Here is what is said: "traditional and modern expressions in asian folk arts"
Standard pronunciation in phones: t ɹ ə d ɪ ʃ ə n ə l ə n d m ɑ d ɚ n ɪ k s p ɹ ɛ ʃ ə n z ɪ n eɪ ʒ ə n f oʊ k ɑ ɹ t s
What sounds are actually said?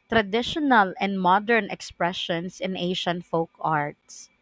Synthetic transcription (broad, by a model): t ɹ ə d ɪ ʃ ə n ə l ə n d m ɑ d ɚ n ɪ k s p ɹ ɛ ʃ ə n s ɪ n eɪ ʃ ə n f oʊ k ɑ ɹ t s